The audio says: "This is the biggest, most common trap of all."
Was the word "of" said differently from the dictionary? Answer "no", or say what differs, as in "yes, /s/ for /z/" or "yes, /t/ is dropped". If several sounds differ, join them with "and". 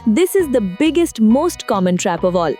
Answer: no